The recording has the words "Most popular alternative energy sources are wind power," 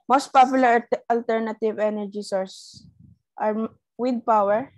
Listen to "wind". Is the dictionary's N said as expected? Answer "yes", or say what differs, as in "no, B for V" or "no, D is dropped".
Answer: no, N is dropped